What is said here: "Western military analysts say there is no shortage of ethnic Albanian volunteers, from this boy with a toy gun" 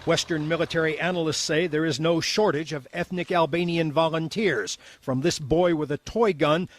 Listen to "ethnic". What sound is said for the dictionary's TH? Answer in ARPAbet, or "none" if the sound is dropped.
TH